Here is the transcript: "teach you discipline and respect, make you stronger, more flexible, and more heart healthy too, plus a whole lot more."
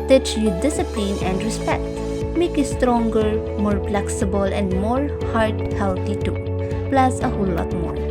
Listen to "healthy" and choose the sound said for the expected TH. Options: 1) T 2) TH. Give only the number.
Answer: 1